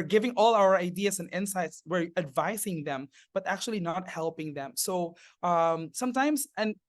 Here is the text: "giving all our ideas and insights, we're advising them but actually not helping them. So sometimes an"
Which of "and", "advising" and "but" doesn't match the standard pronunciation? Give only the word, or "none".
advising